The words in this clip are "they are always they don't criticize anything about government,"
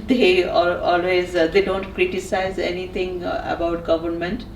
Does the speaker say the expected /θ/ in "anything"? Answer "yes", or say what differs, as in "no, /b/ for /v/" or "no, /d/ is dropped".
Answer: no, /t/ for /θ/